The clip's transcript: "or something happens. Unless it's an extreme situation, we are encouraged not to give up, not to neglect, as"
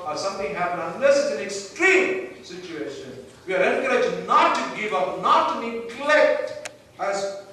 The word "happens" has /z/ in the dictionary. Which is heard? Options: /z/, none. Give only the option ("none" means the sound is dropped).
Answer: none